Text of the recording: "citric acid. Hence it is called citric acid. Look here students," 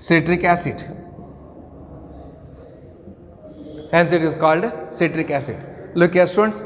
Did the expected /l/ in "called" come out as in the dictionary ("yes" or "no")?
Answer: yes